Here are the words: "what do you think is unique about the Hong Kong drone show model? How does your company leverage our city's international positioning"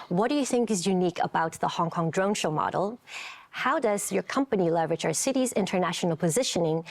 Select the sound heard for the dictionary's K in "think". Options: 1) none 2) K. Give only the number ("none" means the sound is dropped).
2